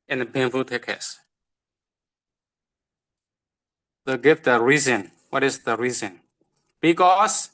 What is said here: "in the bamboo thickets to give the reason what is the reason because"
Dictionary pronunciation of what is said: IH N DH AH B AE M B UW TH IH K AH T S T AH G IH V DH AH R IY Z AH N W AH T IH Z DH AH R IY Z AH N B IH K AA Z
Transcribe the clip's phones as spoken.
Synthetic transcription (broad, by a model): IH N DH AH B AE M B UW T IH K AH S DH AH G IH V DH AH R IY Z AH N W AH T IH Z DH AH R IY Z AH N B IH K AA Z